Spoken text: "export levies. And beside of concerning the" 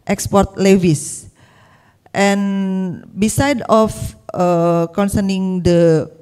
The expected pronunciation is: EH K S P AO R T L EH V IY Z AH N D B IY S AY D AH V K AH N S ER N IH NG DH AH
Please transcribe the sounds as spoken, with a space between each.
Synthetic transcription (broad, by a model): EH K S P AO R T L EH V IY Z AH N B IY S AY D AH F K AH N S ER N IH NG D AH